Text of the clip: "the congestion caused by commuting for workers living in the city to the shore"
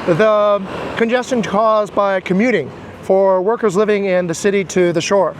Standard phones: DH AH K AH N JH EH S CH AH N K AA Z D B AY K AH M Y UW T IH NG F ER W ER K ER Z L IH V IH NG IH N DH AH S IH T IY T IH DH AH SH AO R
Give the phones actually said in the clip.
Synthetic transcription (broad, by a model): DH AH K AH N JH EH S CH AH N K AA Z B AY K AH M Y UW T IH NG F ER W ER K ER Z L IH V IH NG IH N DH AH S IH T IY T IH DH AH SH AO R